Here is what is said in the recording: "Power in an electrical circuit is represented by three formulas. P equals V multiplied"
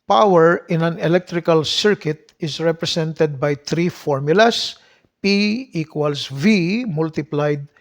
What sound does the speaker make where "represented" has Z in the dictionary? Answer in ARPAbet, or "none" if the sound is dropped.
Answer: S